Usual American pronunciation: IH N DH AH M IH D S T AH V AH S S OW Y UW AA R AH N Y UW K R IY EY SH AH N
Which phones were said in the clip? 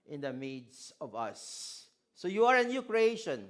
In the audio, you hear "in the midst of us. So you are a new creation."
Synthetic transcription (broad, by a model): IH N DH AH M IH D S AH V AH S S OW Y UW AA R AH N Y UW K R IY EY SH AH N